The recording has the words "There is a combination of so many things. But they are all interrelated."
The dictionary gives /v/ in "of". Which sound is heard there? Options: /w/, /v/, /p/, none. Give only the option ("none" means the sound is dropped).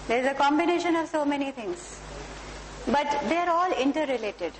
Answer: /v/